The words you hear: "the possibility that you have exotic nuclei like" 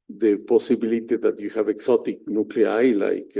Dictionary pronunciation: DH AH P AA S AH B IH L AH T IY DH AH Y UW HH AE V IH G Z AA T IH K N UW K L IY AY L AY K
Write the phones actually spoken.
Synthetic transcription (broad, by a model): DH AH P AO S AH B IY L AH T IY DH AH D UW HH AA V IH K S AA T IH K N UW K L IY AY L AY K